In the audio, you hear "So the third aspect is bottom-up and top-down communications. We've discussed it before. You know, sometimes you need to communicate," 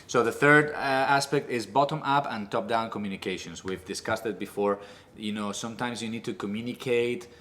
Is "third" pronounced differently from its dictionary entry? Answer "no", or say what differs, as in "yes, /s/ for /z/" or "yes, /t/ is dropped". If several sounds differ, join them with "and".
no